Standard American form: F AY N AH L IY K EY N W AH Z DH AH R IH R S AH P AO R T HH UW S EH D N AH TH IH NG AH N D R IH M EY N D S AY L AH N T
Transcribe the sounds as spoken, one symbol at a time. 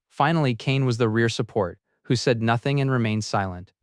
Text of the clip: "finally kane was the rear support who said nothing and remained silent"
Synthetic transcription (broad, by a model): F AY N L IY K EY N W AH Z DH AH R IH R S AH P AO R T HH UW S EH D N AH TH IH NG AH N R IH M EY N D S AY L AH N T